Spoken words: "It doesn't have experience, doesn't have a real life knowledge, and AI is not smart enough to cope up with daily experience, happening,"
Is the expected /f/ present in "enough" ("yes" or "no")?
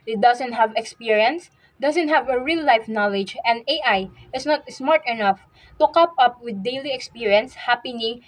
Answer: yes